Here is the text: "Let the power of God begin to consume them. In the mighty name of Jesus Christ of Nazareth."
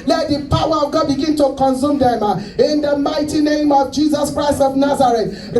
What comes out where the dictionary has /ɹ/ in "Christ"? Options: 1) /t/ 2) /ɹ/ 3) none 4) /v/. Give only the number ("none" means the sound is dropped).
2